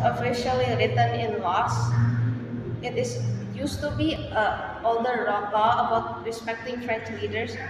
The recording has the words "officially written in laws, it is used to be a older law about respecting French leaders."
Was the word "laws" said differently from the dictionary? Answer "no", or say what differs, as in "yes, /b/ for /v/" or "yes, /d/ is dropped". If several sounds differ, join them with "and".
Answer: yes, /s/ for /z/